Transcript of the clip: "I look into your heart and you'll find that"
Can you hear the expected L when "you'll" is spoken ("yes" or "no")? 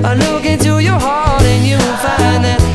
no